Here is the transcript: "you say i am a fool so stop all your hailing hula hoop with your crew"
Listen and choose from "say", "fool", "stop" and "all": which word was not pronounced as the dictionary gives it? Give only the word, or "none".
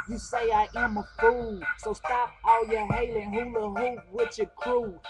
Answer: none